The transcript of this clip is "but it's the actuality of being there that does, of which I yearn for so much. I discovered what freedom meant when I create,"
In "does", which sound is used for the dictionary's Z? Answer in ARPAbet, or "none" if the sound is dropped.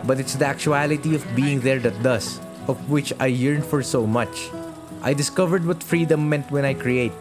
S